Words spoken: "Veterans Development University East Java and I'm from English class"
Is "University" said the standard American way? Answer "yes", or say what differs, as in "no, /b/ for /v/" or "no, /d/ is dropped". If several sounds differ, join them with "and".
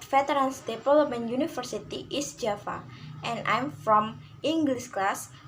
no, /f/ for /v/